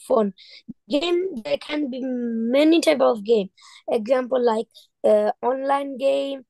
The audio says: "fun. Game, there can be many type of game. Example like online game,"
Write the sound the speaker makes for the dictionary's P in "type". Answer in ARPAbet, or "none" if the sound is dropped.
B